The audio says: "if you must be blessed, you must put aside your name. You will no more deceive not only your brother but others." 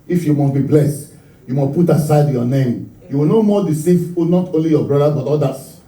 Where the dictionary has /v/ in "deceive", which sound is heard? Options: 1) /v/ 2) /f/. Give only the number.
2